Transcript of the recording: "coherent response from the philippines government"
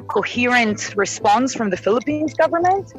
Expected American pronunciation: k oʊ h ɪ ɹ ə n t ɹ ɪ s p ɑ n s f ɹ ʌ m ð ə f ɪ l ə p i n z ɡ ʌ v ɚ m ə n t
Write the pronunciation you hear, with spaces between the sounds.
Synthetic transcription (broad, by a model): k oʊ h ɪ ɹ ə n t ɹ ɪ s p ɑ n s f ɹ ʌ m ð ə f ɪ l ə p i n z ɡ ʌ v ɚ m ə n t